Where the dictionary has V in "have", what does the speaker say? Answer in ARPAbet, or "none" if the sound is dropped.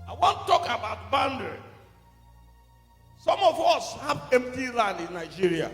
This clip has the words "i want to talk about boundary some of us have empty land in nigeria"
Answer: P